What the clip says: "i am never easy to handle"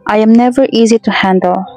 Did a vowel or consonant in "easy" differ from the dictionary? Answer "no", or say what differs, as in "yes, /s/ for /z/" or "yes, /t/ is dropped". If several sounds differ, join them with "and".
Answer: no